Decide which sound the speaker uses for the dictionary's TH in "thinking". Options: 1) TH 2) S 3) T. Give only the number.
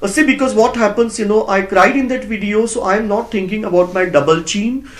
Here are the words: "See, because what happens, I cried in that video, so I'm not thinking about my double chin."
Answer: 3